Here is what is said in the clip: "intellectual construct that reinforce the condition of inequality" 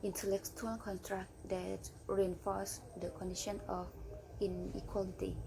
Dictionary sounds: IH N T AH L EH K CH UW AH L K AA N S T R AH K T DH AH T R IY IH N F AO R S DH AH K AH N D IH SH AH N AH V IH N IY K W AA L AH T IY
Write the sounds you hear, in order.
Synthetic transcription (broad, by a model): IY N T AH L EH K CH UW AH L K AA N T R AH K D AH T R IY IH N F AO S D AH K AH N D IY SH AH N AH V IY N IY K W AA L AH T IY